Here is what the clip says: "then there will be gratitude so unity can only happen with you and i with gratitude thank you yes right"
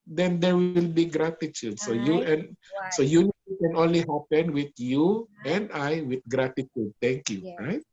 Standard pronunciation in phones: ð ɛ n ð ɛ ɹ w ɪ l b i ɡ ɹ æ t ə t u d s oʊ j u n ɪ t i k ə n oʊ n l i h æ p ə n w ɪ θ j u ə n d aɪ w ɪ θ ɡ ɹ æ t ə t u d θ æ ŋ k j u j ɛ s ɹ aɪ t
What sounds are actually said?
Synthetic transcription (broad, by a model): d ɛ n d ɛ ɹ w ɪ l b i ɡ ɹ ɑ t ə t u d s oʊ j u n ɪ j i k ə n oʊ n l i h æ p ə n w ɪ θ j u ə n d aɪ w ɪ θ ɡ ɹ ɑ t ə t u d t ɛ ŋ k j u ɹ aɪ t